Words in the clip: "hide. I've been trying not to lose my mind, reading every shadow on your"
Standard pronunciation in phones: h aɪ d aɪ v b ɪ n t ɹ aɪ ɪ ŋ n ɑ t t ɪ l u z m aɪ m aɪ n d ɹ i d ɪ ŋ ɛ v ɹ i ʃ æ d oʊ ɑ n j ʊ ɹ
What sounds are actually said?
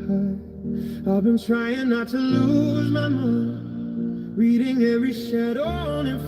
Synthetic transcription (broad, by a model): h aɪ aɪ v b ɪ n t ɹ aɪ ɪ ŋ n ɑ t t ɪ l u z m aɪ m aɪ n ɹ i d ɪ ŋ ɛ v ɹ i ʃ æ d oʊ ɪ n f